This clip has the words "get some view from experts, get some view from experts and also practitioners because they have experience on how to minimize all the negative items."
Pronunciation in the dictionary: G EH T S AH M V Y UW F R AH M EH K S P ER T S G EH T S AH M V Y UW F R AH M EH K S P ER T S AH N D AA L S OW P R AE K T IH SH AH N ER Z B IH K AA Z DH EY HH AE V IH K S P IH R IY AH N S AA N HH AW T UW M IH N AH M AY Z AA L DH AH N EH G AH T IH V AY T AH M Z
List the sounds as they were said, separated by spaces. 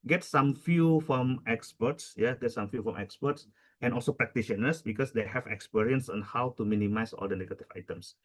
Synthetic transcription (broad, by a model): G EH T S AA M F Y UW F R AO M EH K S P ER T S G EH T S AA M F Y UW F R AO M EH K S P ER T S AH N AA L S OW P R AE K T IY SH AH N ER S B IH K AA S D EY HH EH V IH K S P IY R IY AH N S AA N HH AW T UW M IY N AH M AY S AA L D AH N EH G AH T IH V AY T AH M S